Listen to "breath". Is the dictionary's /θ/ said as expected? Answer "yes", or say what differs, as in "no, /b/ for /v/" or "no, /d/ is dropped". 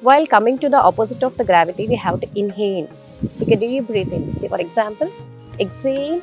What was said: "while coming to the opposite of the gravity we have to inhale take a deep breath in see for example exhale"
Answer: no, /f/ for /θ/